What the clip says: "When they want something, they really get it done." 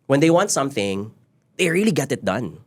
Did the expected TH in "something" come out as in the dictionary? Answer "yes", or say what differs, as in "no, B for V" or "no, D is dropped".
yes